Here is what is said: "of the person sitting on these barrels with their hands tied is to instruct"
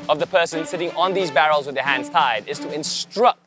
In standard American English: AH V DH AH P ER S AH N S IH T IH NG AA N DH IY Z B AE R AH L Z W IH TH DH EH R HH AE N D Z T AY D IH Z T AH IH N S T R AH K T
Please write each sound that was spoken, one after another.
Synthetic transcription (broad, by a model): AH V DH AH P ER S AH N S IH T IH NG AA N DH IY Z B AE R AH L Z W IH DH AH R HH AE N D Z T AY D IH Z T AH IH N S T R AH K T